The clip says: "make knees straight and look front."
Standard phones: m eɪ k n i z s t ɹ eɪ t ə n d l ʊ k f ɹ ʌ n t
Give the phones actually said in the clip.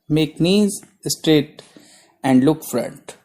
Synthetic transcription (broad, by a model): m eɪ k n i z s t ɹ eɪ t ə n d l ʊ k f ɹ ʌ n t